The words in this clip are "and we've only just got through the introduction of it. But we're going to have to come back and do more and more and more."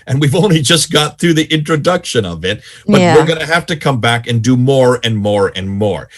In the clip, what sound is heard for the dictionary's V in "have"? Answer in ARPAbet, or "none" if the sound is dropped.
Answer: F